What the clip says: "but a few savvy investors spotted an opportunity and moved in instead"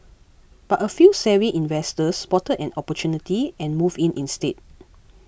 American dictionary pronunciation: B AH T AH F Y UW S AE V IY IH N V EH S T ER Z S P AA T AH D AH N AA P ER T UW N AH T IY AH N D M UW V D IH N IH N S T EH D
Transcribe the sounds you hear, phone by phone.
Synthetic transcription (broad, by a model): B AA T AH F Y UW S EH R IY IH N V EH S T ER S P AA T AH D AH N AA P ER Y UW N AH T IY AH N M UW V IH N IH N S T EH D